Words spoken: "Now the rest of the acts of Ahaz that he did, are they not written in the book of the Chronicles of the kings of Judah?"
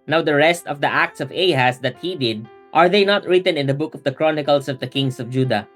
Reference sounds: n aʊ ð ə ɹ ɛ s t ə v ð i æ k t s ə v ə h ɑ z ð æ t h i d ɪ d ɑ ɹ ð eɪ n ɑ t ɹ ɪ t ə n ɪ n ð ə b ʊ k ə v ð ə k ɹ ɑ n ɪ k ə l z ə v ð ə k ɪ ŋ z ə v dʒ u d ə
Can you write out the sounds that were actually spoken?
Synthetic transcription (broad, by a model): n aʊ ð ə ɹ ɛ s t ə v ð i æ k t s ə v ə h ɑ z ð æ t h i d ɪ d ɑ ɹ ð eɪ n ɑ t ɹ ɪ t ə n ɪ n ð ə b ʊ k ə v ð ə k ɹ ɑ n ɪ k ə l s ə v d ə k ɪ ŋ s ə v dʒ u d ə